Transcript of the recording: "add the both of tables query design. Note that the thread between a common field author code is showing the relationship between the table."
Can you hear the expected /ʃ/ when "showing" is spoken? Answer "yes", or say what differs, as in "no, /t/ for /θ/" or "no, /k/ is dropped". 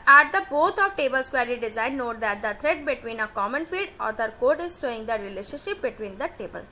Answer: no, /s/ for /ʃ/